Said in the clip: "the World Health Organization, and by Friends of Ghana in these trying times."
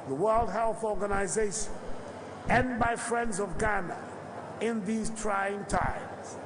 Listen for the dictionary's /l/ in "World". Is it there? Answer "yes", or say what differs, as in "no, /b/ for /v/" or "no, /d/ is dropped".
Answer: yes